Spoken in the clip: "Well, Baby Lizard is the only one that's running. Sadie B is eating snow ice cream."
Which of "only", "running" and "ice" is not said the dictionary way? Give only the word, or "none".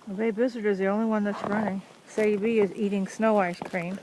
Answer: none